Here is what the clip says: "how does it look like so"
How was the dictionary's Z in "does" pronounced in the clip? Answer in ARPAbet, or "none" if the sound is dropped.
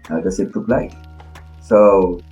S